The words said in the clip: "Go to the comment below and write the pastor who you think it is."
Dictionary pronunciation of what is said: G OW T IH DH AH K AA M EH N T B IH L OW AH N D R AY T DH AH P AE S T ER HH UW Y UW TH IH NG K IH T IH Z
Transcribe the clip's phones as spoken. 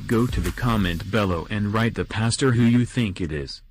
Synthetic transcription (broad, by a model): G OW T IH DH AH K AA M EH N T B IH L OW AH N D R AY T DH AH P AE S T ER HH UW Y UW TH IH NG K IH T IH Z